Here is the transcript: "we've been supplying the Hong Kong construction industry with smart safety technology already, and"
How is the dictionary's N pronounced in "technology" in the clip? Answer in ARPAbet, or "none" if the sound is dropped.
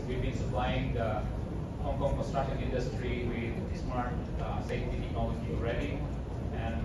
none